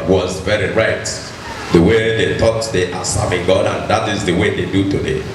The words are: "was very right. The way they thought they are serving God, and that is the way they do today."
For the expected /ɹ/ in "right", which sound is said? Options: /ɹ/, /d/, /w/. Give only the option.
/ɹ/